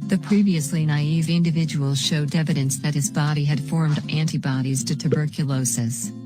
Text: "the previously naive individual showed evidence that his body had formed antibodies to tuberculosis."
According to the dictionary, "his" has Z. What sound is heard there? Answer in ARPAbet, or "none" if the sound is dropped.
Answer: Z